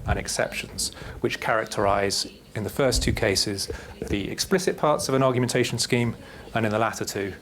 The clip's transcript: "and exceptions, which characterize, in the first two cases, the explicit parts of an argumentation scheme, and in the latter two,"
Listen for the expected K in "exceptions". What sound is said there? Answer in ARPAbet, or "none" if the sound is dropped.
K